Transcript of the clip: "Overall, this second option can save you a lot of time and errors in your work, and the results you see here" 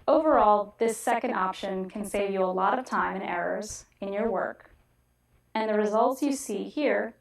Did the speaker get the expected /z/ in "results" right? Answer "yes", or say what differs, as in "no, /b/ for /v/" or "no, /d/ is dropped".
yes